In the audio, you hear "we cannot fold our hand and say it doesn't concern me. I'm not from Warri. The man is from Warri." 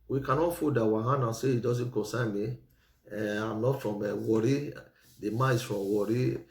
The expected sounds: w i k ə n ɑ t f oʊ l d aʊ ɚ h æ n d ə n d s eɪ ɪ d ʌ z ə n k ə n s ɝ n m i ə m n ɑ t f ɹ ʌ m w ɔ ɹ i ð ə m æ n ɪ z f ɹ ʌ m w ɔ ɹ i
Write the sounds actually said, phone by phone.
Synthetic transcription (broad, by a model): w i k ə n ɑ t f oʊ d aʊ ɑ h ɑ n ə s eɪ ɪ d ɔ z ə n k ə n s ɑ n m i ə m n ɑ t f ɹ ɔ m w ɔ ɹ i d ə m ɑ ɪ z f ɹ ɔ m w ɔ ɹ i